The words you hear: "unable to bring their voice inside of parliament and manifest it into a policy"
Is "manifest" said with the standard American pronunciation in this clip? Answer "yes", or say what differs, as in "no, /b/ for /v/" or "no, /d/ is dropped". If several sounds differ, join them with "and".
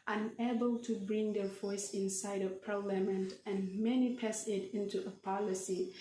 no, /t/ is dropped